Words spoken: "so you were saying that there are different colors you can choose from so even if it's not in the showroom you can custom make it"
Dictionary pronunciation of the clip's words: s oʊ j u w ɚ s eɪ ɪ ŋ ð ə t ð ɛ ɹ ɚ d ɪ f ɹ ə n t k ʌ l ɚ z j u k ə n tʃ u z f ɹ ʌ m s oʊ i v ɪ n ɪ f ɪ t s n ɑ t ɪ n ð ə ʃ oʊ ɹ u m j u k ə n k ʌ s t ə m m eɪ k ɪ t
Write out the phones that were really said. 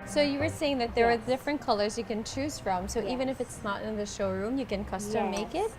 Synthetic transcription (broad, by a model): s oʊ j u w ɚ s eɪ ɪ ŋ ð ə t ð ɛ ɹ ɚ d ɪ f ɹ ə n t k ʌ l ɚ z j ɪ k ə n tʃ u z f ɹ ʌ m s oʊ i v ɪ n ɪ f ɪ t s n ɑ t ɪ n ð ə ʃ oʊ ɹ u m j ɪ k ə n k ʌ s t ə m m eɪ k ɪ t